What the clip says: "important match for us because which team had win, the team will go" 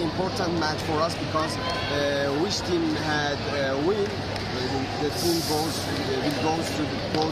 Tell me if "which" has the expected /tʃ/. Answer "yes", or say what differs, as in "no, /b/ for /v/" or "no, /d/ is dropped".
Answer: no, /s/ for /tʃ/